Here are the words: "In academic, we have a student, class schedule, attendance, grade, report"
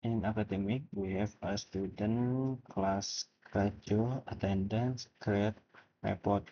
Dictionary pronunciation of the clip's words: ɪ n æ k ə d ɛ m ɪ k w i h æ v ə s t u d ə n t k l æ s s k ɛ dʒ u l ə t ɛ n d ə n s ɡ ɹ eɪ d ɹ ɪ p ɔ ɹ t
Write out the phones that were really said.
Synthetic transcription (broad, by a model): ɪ n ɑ k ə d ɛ m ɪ k w i h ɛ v ə s t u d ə n k l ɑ s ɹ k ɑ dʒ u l ə t ɛ n d ə n s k ɹ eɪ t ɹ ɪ p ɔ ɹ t